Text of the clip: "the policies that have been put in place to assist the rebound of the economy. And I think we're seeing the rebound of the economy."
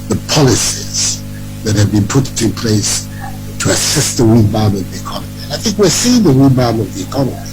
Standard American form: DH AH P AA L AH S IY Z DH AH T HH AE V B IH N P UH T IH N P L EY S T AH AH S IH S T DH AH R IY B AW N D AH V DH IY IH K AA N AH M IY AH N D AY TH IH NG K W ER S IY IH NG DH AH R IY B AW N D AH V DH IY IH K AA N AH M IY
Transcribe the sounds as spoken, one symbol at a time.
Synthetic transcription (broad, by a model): DH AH P AA L AH S IY Z DH AH T HH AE V B IH N P UH T IH N P L EY S T AH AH S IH S T DH AH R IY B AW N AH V DH IY IH K AA N AH M IY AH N AY TH IH NG K W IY S IY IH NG DH AH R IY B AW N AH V DH IY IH K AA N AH M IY